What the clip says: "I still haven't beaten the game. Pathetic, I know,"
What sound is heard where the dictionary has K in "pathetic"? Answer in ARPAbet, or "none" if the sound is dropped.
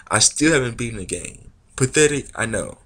none